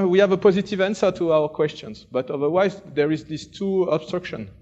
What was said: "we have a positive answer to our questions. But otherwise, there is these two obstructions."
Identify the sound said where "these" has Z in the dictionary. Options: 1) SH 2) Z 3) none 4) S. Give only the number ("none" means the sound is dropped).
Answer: 4